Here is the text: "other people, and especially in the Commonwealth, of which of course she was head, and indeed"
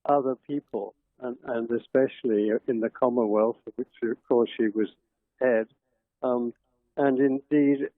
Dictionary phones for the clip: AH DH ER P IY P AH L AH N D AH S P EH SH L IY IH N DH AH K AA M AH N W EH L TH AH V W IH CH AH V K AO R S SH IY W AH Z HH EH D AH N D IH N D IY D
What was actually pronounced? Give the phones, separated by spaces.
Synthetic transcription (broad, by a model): AH DH ER P IY P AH N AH N AH S P EH SH L IY IH N DH AH K AA M AH N W EH L TH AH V W IH CH AH V K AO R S SH IY W AH Z HH EH D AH N IH N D IY D